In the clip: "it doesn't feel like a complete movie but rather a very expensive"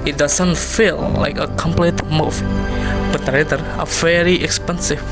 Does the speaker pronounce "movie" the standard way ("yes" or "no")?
no